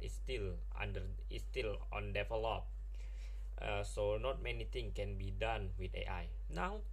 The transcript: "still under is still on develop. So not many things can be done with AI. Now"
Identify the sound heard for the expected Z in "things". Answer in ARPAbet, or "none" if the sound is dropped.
none